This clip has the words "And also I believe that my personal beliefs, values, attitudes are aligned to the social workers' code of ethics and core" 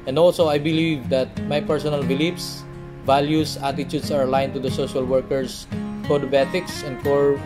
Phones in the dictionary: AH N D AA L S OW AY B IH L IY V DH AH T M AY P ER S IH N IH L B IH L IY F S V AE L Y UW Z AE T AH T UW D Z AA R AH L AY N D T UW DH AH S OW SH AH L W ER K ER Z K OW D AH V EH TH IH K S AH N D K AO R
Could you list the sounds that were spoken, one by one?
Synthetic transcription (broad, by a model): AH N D AA L S OW AY B IH L IY V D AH T M AY P ER S IH N IH L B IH L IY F S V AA L Y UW S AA T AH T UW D S AA R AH L AY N T UW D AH S OW SH AH L W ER K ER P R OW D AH B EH T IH K S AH N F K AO R